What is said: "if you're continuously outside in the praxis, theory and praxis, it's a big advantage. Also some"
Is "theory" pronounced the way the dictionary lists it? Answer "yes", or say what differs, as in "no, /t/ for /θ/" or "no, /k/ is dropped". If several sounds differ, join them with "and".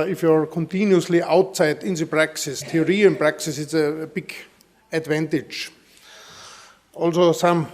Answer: no, /t/ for /θ/